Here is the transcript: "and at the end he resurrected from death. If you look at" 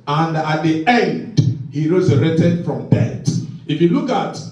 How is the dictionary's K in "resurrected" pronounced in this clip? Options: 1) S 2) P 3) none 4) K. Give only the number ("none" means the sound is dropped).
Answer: 3